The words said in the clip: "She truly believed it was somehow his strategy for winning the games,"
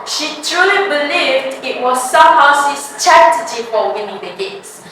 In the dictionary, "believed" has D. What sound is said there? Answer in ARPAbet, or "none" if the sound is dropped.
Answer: D